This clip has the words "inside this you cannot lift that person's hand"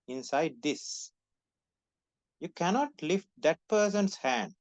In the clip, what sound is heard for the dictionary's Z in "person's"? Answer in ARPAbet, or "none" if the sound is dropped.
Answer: S